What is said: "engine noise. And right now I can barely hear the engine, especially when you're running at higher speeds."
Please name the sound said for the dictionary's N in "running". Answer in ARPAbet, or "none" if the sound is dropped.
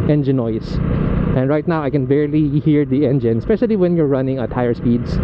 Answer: N